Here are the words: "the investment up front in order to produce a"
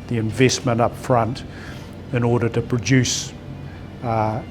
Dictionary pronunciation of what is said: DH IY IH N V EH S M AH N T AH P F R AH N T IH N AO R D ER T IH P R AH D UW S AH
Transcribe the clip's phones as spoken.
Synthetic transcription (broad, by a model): DH IY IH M V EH S M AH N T AH P F R AH N T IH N AO R D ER T IH P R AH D UW S